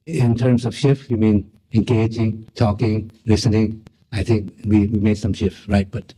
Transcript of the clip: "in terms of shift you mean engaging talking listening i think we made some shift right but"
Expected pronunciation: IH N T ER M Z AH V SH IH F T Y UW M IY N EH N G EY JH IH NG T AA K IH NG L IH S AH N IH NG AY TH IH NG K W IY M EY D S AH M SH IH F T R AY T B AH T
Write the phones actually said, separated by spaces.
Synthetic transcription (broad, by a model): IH N T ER M S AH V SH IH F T Y UW M IY N EH N G EY JH IH NG T AA K IH NG L IH S AH N IH NG AY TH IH NG K W IY M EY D S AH M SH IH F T R AY T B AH T